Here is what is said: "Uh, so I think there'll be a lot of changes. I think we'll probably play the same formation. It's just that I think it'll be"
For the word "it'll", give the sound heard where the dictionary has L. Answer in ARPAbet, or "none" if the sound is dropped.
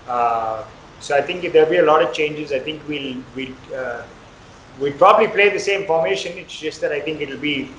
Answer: L